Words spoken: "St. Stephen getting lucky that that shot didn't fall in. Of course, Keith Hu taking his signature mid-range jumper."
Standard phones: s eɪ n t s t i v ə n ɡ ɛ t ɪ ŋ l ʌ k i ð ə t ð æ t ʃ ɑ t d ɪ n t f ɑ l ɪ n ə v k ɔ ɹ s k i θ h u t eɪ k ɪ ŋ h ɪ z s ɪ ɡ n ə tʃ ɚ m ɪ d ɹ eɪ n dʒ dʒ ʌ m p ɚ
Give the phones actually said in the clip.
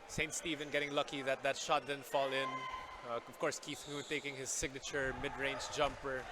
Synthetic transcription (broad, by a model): s eɪ n t s t i v ə n ɡ ɛ t ɪ ŋ l ʌ k i ð ə t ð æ t ʃ ɑ t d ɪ n f ɑ l ɪ n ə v k ɔ ɹ s k i θ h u t eɪ k ɪ ŋ h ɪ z s ɪ ɡ n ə tʃ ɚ m ɪ d ɹ eɪ n dʒ dʒ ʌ m p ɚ